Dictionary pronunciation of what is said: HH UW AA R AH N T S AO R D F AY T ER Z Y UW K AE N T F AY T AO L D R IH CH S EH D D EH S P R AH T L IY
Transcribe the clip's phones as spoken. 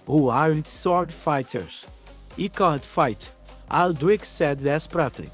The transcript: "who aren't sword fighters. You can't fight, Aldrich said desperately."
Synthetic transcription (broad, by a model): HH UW AA R AH N T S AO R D F AY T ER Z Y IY K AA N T F AY T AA L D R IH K S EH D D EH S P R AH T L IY